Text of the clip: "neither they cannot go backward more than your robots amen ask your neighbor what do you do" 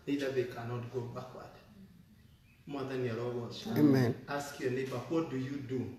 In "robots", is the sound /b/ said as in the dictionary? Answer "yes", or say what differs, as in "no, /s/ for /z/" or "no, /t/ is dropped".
no, /b/ is dropped